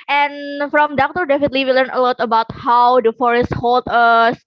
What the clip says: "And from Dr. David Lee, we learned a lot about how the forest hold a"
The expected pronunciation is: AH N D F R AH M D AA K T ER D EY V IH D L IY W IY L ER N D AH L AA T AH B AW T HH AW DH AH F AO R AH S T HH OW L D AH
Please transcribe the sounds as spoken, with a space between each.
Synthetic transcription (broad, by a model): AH N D F R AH M D AA K T ER D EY F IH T L IY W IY L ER N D AH L AA T AH B AW T HH AW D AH F AO R AH S T HH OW L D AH